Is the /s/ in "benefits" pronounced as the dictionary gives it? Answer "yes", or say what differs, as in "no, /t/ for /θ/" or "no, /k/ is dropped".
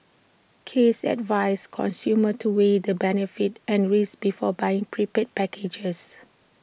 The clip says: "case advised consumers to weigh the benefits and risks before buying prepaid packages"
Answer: no, /s/ is dropped